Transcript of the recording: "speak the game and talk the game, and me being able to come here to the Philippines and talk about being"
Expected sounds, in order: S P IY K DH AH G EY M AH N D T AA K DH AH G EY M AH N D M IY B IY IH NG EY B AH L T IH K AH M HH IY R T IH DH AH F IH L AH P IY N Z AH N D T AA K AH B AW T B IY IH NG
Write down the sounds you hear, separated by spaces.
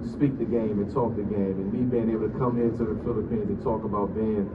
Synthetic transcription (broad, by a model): S P IY K DH AH G EY M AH N T AA K DH AH G EY M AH N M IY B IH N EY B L T IH K AH M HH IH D T IH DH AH F IH L AH P IY N Z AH N T AA K AH B AW T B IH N